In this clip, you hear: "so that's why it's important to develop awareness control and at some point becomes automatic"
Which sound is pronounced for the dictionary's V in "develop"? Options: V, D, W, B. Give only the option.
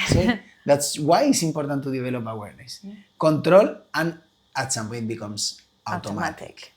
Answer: B